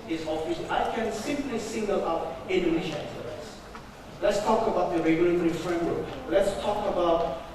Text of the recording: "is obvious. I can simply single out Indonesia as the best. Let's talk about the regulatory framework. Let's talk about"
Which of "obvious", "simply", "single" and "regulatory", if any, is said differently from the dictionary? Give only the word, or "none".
obvious